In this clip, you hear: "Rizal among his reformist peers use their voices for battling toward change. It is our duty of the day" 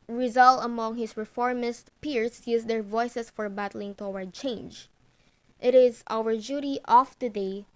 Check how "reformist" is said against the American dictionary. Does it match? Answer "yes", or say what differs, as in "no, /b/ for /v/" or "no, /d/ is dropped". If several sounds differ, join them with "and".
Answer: yes